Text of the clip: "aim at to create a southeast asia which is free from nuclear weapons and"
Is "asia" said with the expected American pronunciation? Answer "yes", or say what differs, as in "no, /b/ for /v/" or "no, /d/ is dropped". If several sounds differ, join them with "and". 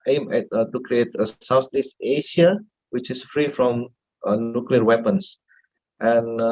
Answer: no, /ʃ/ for /ʒ/